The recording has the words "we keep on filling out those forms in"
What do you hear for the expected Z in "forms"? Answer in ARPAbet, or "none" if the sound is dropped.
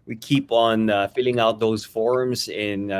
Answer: Z